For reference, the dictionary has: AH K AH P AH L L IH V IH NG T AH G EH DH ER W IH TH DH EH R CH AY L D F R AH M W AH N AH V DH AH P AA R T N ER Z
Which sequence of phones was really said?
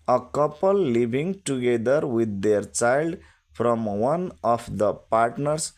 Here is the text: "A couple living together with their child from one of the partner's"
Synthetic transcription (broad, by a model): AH K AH P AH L L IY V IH NG T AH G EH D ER W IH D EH R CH AY L D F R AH M W AH N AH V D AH P AA R T N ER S